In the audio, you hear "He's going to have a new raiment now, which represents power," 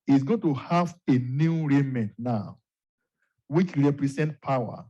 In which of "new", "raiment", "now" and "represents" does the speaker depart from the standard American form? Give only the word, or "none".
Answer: represents